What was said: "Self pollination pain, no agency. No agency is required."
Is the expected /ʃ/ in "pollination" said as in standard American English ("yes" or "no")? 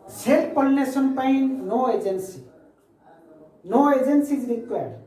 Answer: no